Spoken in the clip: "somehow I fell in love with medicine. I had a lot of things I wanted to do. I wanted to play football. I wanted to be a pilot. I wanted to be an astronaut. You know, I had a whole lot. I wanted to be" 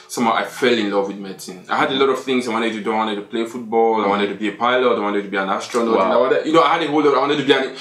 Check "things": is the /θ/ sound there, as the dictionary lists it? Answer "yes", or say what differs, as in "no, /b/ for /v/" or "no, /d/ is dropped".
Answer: yes